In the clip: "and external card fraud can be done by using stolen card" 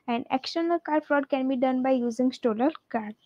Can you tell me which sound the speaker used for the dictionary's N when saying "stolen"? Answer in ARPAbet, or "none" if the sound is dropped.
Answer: L